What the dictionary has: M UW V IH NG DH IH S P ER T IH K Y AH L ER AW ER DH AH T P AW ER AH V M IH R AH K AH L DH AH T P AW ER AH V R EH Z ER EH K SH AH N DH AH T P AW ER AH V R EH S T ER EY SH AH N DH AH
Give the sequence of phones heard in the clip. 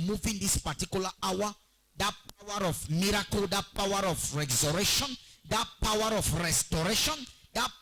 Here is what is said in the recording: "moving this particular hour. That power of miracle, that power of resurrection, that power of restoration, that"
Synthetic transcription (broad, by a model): M UW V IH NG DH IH S P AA T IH K Y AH L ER AW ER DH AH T P AW ER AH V M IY R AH K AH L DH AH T P AW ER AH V R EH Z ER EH SH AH N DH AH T P AW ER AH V R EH S T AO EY SH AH N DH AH